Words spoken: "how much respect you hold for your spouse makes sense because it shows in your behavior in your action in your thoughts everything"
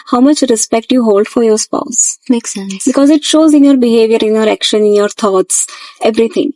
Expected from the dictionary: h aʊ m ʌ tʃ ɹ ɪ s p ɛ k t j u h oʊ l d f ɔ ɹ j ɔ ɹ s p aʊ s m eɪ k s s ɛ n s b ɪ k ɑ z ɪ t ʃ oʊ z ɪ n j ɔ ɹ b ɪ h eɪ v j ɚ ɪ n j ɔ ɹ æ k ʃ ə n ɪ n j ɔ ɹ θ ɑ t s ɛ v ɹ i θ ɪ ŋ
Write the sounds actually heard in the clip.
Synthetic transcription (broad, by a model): h aʊ m ʌ tʃ ɹ ɪ s p ɛ k t j u h oʊ l d f ɔ ɹ j ɔ ɹ s p aʊ s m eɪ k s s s b ɪ k ɑ z ɪ t ʃ oʊ z ɪ n j ɔ ɹ b ɪ h eɪ v j ɚ ɪ n j ɔ ɹ æ k ʃ ə n ɪ n j ɔ ɹ t ɑ t s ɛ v ɹ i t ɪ ŋ